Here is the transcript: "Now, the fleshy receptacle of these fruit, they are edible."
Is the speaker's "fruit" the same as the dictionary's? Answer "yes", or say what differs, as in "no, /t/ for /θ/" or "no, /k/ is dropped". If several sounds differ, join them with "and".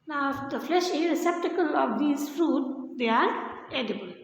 yes